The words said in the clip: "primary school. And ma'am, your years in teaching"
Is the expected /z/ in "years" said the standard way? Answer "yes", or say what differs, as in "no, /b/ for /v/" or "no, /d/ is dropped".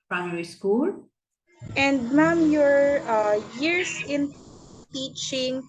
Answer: no, /s/ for /z/